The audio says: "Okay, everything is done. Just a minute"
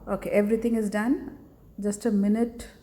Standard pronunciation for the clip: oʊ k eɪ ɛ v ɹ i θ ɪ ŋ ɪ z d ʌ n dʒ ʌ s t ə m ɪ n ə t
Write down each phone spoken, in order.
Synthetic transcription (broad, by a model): oʊ k eɪ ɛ v ɹ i t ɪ ŋ ɪ z d ʌ n dʒ ʌ s t ə m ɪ n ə t